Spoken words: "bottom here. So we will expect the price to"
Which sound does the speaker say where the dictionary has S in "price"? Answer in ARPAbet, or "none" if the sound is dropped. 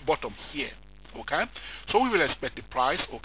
S